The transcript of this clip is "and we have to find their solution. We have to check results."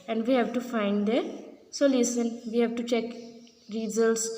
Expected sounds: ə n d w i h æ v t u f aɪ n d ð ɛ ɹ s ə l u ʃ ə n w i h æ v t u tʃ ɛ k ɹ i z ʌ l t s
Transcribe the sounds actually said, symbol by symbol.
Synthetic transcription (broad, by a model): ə n d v i h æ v t u f aɪ n d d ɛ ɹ s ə l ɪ s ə n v i h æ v t u tʃ ɛ k ɹ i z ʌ l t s